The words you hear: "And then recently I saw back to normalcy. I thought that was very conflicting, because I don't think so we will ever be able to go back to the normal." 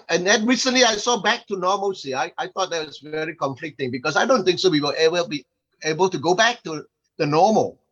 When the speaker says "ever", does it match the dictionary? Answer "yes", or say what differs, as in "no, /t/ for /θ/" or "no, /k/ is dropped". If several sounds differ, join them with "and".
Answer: no, /b/ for /v/